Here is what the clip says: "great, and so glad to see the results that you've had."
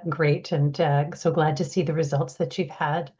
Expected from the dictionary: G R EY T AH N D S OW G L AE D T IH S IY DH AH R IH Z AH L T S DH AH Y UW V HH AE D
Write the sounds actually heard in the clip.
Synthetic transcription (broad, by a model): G R EY T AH N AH S OW G L AE D T IH S IY DH AH R IH Z AH L T S DH AH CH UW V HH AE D